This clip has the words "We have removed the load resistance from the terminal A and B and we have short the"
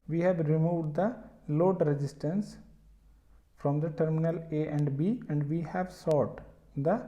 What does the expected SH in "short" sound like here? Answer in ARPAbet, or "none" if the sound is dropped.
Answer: S